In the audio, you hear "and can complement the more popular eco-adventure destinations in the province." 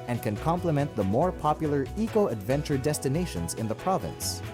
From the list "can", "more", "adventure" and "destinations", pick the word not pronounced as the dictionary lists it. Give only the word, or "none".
none